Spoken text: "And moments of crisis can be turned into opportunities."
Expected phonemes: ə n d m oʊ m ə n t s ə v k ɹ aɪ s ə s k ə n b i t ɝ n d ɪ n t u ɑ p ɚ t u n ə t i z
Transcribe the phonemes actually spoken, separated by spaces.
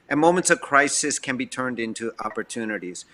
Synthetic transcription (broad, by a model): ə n m oʊ m ə n t s ə v k ɹ aɪ s ə s k ə n b i t ɝ n d ɪ n t u ɑ p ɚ t u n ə t i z